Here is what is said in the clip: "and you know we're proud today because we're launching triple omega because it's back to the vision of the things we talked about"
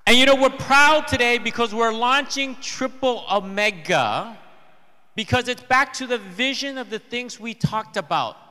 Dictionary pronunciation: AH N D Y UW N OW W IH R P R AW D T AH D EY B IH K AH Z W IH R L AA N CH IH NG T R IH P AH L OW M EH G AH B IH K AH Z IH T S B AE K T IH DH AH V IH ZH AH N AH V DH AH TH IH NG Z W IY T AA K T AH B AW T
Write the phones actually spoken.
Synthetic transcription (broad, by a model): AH N Y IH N OW W IH R P R AW D T AH D EY B IH K AH Z W IH R L AA N CH IH NG T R IH P L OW M EH G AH B IH K AH Z IH T S B AE K T IH DH AH V IH ZH AH N AH V DH AH TH IH NG Z W IY T AA K T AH B AW T